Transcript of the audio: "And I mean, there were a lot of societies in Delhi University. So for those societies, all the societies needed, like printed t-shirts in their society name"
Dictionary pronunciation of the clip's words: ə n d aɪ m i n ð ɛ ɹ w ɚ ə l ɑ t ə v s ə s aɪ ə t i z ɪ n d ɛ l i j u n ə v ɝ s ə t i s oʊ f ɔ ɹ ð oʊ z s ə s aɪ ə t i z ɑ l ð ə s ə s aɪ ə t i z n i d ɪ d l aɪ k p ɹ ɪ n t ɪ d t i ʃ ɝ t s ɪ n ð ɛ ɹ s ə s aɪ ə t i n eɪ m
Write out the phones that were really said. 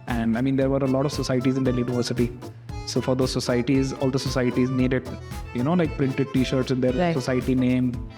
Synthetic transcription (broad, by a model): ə n d aɪ m i n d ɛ ɹ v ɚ ə l ɑ t ə v s ə s aɪ ə t i z ɪ n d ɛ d j u n ə v ɝ s ə t i s oʊ f ɔ ɹ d oʊ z s ə s aɪ ə t i z ɑ l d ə s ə s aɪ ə t i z n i d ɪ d l aɪ k p ɹ ɪ n t ɪ d t i ʃ ɝ t s ɪ n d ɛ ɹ s ə s aɪ ə t i n eɪ m